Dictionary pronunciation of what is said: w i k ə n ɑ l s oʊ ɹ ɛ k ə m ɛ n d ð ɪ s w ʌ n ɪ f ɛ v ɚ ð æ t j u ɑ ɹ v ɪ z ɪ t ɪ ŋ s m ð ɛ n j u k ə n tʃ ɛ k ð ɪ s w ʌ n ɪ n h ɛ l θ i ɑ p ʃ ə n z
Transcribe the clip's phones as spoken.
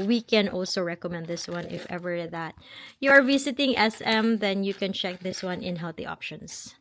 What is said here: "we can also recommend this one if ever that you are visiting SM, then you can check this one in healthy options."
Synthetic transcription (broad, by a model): w i k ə n ɑ l s oʊ ɹ ɛ k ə m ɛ n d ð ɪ s w ʌ n ɪ f ɛ v ɚ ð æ t j u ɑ ɹ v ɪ s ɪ t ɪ ŋ s m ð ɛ n j u k ə n tʃ ɛ k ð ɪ s w ʌ n ɪ n h ɛ l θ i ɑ p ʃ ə n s